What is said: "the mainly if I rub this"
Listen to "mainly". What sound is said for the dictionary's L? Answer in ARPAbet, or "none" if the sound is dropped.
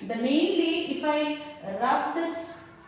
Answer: W